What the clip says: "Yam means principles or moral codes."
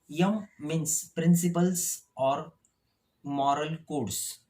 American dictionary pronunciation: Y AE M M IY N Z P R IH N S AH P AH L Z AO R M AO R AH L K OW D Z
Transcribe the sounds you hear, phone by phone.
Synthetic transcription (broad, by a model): Y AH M M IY N S P R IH N S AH P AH L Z AO R M AO R AH L K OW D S